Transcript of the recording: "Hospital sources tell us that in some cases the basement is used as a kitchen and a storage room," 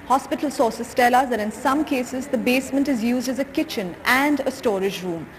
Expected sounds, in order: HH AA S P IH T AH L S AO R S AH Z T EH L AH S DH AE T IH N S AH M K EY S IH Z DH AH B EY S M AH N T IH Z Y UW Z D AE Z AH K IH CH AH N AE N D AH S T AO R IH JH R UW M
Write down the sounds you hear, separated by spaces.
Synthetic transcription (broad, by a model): HH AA S P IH T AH L S AO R S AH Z T EH L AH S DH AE T IH N S AH M K EY S IH Z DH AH B EY S M AH N T IH Z Y UW Z D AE Z AH K IH CH AH N AE N D AH S T AO R IH JH R UW M